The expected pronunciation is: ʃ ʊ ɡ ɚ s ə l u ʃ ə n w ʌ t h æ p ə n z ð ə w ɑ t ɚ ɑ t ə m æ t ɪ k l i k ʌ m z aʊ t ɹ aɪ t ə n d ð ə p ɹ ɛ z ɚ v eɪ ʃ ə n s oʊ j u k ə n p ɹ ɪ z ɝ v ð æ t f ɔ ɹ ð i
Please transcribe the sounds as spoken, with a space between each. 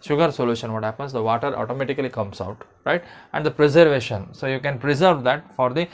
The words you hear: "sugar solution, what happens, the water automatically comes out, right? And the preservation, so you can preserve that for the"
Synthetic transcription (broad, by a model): ʃ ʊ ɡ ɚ s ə l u ʃ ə n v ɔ t h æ p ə n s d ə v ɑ t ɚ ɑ t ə m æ t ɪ k l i k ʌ m s aʊ t ɹ aɪ t ə n d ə p ɹ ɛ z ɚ v eɪ ʃ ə n s oʊ j u k ə n p ɹ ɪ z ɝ v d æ t f ɔ ɹ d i